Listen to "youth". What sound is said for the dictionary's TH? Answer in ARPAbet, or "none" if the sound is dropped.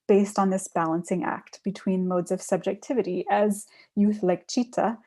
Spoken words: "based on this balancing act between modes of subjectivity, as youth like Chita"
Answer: TH